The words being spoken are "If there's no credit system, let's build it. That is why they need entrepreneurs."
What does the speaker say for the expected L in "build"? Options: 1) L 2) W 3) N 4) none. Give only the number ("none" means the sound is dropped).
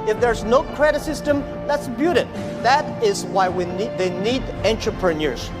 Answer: 4